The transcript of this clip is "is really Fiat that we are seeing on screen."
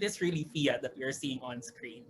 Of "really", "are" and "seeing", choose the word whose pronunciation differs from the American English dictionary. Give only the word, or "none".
none